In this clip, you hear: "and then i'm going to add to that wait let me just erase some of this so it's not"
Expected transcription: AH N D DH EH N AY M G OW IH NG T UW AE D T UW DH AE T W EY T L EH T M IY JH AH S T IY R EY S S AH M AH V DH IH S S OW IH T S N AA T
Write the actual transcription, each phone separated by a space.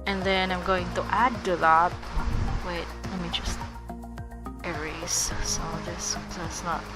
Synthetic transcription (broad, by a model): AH N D DH EH N AY M G OW IH NG T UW AE D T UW DH AE T W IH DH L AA M IY JH AH S T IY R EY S S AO AH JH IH S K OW IH T S N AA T